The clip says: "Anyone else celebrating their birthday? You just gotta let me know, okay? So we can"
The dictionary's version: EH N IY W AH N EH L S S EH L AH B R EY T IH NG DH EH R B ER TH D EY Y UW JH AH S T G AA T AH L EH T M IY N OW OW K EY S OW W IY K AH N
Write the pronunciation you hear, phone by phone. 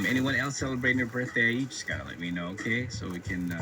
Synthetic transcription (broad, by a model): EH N IY W AH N EH L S S EH L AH B R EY T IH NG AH R B ER TH D EY Y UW JH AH S G AA T AH L EH T M IY N OW OW K EY S OW W IY K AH N